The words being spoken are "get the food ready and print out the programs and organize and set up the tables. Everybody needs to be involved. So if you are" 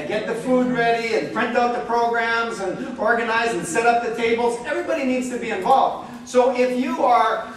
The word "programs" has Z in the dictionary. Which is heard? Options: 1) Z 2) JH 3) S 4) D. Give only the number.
1